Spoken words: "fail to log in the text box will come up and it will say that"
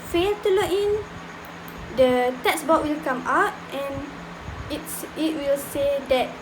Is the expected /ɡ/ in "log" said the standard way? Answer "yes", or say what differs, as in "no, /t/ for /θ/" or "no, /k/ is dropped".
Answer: no, /ɡ/ is dropped